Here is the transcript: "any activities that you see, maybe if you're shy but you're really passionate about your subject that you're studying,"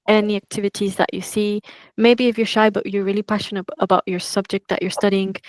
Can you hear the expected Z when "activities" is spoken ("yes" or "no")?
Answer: yes